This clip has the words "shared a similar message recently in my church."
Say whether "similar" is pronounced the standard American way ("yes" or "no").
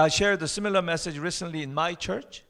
yes